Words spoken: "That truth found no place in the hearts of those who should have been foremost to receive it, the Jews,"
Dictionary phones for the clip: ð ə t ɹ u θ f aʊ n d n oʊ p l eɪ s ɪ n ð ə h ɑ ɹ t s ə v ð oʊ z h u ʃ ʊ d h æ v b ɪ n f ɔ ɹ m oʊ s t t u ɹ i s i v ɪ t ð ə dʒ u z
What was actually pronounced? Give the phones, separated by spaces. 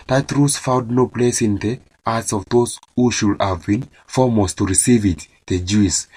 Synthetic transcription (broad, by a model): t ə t ɹ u s f aʊ n d n oʊ p l eɪ s ɪ n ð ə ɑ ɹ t s ə v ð oʊ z h u ʃ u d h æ v b ɪ n f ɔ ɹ m oʊ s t t u ɹ i s i v ɪ t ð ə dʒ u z